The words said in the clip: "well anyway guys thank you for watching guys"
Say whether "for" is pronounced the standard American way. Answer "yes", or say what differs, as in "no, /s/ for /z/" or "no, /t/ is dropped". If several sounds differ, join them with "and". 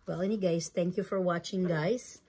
yes